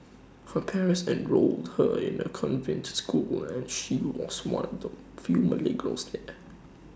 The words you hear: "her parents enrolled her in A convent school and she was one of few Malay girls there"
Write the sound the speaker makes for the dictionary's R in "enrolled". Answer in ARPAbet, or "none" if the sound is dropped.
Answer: R